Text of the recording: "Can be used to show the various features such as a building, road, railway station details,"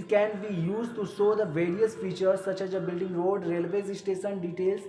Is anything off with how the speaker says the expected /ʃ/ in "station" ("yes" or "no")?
yes